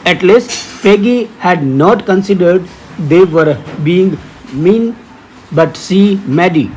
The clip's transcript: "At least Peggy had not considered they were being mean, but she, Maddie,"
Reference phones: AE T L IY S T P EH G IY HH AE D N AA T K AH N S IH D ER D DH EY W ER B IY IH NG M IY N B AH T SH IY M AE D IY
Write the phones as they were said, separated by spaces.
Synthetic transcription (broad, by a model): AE T L IY S T P EH G IY HH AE D N AA T K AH N S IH D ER D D EY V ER B IY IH NG M IY N B AH T S IY M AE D IY